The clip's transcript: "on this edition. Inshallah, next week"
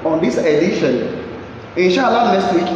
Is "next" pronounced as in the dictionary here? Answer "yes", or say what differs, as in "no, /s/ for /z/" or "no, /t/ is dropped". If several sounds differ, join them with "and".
no, /k/ is dropped